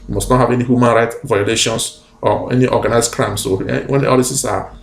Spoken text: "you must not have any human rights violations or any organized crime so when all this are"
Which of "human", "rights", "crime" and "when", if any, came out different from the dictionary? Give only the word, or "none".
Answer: rights